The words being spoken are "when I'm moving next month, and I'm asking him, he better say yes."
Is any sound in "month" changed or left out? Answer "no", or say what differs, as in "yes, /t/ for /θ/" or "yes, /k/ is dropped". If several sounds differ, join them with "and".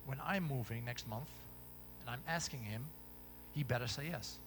no